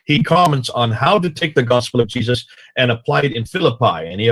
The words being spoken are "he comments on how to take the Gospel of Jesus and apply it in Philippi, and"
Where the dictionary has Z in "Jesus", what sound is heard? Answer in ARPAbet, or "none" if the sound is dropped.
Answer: Z